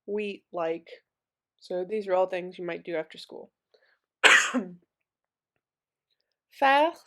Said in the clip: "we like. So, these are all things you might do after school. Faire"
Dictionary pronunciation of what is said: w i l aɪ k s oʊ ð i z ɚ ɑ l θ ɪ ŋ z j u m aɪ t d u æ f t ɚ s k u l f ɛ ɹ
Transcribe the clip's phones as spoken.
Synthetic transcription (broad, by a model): w i l aɪ k s oʊ ð i z ɚ ɑ l θ ɪ ŋ z j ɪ m aɪ t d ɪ æ f t ɚ s k u l f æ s